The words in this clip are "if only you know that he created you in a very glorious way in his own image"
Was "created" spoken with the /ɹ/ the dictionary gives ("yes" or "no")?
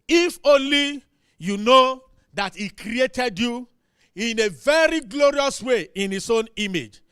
yes